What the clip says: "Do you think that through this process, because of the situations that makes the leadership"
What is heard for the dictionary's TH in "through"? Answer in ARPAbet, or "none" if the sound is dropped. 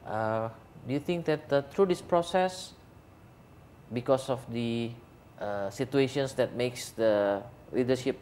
T